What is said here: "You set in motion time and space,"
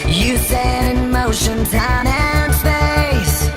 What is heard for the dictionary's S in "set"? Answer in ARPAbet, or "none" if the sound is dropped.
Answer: TH